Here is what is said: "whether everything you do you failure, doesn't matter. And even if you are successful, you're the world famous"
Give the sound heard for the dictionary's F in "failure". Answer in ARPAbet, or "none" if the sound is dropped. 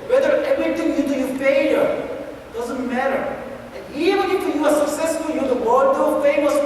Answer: P